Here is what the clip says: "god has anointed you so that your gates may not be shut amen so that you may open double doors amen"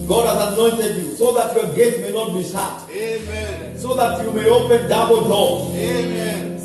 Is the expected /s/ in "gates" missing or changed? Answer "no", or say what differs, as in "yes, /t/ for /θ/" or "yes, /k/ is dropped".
yes, /s/ is dropped